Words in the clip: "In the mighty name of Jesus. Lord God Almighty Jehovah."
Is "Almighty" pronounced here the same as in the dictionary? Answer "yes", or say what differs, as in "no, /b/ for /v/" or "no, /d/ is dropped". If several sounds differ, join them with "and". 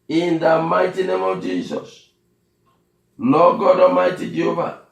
no, /l/ is dropped